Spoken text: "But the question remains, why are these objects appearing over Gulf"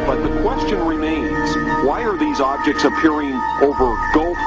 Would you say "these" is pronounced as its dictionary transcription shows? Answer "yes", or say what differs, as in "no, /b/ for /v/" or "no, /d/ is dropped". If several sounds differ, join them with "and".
yes